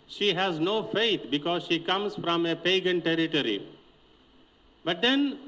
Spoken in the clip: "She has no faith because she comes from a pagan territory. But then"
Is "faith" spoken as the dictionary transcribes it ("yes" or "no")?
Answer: no